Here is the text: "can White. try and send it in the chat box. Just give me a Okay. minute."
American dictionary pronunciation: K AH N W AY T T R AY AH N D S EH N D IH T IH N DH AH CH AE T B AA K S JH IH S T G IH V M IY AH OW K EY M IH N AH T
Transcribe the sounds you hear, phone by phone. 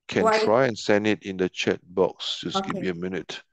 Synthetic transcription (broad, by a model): K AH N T T R AY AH N S EH N D IH T IH N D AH CH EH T B AA K S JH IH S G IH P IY AH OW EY M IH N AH T